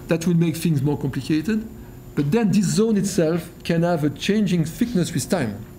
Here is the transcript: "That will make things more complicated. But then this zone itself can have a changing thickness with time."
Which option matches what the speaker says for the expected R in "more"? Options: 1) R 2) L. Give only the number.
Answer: 1